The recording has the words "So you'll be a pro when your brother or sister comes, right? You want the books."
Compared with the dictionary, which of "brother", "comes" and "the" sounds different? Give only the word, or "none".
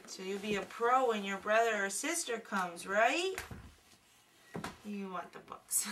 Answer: none